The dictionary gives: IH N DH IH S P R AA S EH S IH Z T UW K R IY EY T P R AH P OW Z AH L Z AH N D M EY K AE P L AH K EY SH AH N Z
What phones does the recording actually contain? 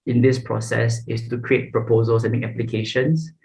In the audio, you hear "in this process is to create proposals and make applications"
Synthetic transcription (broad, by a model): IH N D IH S P R AA S EH S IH S T UW K R IY EY T P R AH P OW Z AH L S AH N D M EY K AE P L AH K EY SH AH N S